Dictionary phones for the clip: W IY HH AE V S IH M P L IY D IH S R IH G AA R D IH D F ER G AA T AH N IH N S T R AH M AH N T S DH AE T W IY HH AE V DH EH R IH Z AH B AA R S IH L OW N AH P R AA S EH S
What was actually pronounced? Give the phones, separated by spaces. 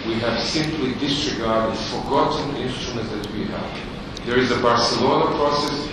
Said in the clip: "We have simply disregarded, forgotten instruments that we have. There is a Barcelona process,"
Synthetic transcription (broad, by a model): W IY HH AE V S IH M P L IY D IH S R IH G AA R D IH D F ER G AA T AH N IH N S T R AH M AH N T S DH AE T W IY HH AE V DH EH R IH Z AH B AA R S IH L OW N AH P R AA S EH S